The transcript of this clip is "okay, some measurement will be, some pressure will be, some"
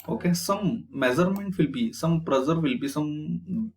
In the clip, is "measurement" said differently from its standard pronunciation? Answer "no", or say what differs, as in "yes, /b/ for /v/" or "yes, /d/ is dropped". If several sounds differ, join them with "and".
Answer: yes, /z/ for /ʒ/